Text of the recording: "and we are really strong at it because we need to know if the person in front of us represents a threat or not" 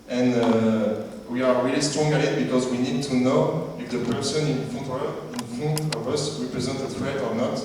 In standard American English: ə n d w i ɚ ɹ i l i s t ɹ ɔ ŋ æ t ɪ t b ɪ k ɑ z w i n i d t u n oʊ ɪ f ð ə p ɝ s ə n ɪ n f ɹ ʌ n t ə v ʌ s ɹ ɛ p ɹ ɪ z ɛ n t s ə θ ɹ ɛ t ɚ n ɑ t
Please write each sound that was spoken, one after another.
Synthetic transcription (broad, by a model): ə n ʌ w i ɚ ɹ i l i s t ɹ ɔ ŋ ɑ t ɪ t b ɪ k ɑ z w i n i d t u n oʊ ɪ f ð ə p ɝ s ə n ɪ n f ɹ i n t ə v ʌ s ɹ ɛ p ɹ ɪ z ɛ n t ə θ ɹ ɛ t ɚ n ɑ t